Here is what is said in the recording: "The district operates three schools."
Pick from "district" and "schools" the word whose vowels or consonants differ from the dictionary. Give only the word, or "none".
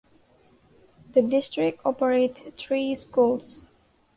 schools